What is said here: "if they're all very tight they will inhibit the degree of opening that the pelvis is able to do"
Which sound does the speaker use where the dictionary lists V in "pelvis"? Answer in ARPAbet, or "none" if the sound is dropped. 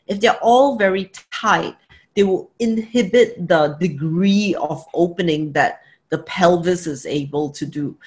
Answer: V